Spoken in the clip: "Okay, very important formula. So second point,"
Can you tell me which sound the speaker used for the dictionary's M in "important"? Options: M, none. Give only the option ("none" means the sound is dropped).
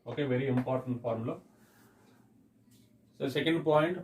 M